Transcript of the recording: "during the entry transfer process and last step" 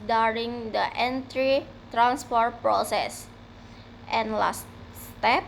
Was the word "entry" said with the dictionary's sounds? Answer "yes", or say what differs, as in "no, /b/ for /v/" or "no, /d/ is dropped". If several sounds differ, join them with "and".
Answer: yes